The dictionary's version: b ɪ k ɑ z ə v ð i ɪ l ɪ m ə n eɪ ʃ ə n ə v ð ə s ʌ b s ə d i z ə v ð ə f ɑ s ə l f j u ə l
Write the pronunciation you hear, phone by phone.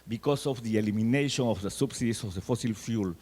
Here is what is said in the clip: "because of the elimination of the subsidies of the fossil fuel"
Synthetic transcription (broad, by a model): b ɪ k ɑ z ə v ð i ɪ l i m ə n eɪ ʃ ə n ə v ð ə s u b s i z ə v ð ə f ɑ s ə l f j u l